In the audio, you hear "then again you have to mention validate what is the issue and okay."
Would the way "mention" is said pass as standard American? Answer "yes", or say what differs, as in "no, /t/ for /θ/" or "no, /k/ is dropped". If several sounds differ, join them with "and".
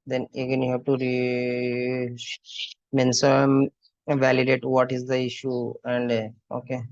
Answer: no, /s/ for /ʃ/